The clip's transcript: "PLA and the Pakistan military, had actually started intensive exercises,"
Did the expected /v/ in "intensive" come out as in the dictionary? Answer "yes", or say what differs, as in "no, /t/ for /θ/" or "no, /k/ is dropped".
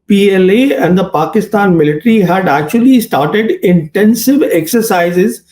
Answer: yes